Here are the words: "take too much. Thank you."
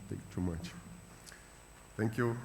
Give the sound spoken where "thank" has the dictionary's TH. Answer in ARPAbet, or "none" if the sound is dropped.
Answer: T